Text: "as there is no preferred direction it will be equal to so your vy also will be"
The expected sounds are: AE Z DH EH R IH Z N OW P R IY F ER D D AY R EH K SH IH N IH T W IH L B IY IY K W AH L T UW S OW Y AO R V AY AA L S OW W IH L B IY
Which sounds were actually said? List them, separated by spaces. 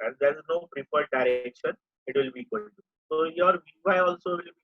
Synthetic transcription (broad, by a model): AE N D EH R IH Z N OW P R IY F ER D D AY R EH K SH IH N IH T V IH L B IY IY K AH N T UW S OW Y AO R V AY AA L S OW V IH L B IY